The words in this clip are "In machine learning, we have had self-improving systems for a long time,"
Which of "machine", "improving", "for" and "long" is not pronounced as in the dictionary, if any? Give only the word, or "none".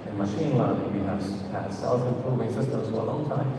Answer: improving